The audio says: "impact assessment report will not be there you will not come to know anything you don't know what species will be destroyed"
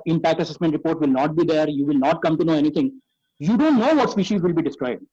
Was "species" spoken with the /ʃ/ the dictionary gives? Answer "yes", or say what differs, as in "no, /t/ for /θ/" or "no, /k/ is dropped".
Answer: yes